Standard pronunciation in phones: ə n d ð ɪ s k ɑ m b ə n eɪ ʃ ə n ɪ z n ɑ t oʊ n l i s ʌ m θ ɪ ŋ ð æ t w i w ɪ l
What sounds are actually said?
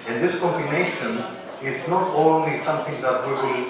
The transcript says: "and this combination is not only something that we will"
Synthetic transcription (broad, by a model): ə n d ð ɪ s k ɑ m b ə n eɪ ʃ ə n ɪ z n ɑ t oʊ n l i s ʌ m t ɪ ŋ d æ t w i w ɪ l